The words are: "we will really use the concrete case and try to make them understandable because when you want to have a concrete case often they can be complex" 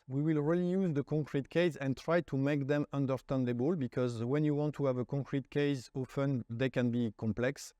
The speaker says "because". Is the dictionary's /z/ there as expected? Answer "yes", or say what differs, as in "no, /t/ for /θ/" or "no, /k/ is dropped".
yes